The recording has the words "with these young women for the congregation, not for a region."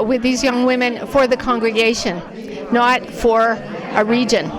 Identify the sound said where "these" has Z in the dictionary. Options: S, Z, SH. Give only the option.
Z